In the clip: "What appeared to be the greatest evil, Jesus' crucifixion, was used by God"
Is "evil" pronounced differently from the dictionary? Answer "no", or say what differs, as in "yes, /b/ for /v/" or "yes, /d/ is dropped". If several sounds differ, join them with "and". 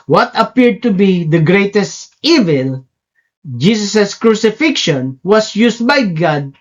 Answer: no